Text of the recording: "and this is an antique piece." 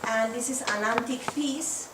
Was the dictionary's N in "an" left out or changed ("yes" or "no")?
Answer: yes